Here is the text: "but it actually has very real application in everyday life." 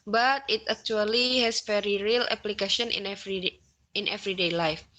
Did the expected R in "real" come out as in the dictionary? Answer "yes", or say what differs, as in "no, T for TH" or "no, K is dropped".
yes